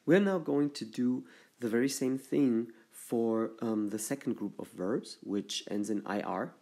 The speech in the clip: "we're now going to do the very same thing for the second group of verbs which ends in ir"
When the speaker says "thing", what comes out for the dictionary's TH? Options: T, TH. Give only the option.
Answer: TH